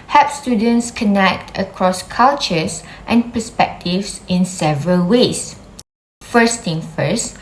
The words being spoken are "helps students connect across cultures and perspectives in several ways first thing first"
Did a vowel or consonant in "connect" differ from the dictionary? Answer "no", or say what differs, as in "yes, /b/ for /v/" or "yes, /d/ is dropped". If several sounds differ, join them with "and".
no